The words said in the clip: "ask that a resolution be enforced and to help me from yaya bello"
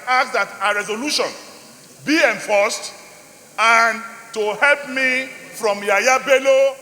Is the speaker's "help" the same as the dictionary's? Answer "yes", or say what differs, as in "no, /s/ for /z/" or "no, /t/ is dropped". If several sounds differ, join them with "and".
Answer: yes